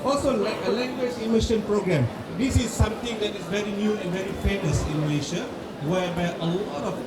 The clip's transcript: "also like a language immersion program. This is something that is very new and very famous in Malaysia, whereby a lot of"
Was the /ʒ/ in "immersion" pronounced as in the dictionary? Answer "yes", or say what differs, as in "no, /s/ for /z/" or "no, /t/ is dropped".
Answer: no, /ʃ/ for /ʒ/